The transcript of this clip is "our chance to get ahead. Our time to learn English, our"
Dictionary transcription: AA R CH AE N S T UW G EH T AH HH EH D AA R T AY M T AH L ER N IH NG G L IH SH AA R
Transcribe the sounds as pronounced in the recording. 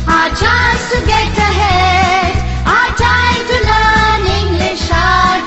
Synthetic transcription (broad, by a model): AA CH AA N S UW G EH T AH HH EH AA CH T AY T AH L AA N IH NG G L IH SH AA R